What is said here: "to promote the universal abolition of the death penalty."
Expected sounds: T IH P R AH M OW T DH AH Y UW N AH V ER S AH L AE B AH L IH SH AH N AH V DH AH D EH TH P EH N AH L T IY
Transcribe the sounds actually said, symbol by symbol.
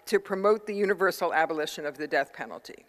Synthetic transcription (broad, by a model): T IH P R AH M OW T DH AH Y UW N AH V ER S L AE B AH L IH SH AH N AH V DH AH D EH TH P EH N L T IY